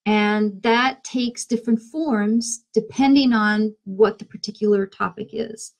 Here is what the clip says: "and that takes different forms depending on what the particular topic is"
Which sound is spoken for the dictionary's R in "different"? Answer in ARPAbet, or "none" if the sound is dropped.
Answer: R